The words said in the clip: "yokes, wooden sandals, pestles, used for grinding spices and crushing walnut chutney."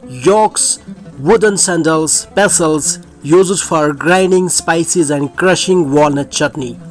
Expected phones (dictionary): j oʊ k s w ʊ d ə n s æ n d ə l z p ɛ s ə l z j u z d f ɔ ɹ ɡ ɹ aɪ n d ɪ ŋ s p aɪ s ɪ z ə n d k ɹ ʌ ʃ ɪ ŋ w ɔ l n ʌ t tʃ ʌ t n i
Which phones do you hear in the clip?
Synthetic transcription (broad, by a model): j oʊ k s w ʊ d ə n s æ n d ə l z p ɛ s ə l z j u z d f ɔ ɹ ɡ ɹ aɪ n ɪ ŋ s p aɪ s ɪ z ə n d k ɹ ʌ ʃ ɪ ŋ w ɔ l n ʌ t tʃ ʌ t n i